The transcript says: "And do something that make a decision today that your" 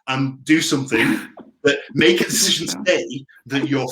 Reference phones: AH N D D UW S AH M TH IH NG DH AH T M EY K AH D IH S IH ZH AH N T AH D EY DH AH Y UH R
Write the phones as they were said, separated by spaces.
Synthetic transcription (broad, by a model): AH N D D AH S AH M TH IH NG DH AH T M EY K AH D IH S IH ZH AH N T AH D EY DH AH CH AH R